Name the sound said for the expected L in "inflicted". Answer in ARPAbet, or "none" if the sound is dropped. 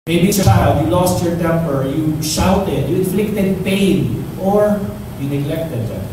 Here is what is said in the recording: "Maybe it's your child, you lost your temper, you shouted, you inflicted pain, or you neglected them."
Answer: L